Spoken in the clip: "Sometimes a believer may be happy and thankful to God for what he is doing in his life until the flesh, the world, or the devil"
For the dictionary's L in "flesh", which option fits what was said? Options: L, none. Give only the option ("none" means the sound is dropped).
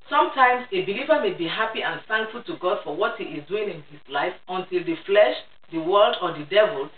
L